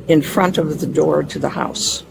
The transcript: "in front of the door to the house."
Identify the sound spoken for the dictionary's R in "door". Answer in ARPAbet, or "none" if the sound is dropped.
R